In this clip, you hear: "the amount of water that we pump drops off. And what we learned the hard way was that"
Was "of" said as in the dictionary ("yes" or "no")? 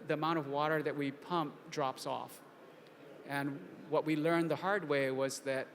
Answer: yes